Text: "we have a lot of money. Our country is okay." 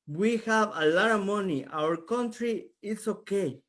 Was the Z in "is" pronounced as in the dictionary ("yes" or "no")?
no